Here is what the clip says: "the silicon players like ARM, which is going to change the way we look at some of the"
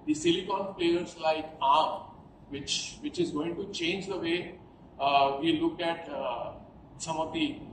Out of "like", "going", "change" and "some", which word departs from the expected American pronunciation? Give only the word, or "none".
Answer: none